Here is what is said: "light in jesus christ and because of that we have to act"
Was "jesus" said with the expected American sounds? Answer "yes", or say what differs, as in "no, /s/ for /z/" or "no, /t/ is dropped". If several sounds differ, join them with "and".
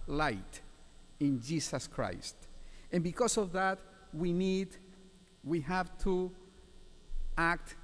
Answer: no, /s/ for /z/